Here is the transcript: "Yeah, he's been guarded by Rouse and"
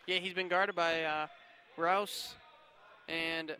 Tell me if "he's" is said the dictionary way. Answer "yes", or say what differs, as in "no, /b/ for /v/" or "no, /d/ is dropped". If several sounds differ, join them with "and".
yes